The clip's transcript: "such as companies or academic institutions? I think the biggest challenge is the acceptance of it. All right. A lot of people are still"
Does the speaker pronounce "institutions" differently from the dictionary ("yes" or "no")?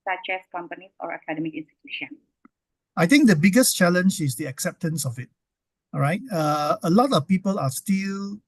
yes